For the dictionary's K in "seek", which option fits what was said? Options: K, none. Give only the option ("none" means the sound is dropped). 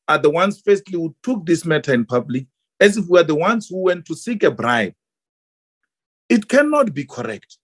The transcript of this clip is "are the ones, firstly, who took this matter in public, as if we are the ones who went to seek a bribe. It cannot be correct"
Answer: K